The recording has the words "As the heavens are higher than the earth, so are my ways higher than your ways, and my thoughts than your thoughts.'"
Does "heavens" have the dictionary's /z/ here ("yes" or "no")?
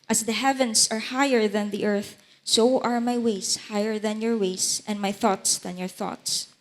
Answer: no